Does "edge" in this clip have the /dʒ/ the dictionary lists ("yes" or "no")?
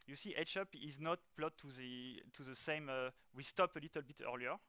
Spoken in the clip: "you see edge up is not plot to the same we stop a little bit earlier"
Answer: no